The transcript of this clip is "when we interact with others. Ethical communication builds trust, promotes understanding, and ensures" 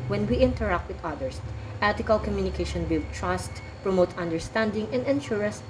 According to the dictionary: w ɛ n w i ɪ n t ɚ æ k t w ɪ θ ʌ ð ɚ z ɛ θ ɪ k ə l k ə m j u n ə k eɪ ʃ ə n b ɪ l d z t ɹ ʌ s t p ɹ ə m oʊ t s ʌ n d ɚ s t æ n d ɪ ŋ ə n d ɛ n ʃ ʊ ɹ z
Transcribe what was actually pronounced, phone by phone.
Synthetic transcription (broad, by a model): w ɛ n w i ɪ n t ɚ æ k t w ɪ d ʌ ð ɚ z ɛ t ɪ k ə l k ə m j u n ə k eɪ ʃ ə n b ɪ l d t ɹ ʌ s t p ɹ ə m oʊ t ʌ n d ɚ s t æ n d ɪ ŋ ə n d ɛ n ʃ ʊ ɹ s